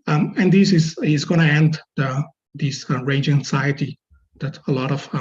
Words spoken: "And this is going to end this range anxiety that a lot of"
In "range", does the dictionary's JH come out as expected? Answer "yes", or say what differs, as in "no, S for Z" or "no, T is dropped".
yes